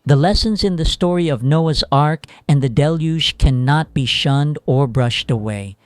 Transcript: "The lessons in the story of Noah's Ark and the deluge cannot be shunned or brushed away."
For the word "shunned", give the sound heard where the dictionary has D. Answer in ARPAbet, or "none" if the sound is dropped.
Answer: D